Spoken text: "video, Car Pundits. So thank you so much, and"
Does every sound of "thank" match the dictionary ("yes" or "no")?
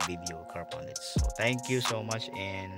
no